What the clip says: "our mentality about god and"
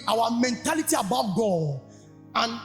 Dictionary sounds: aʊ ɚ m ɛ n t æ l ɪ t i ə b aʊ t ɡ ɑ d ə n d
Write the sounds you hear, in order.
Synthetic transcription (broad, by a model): aʊ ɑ m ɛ n t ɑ l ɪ t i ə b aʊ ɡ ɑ ə n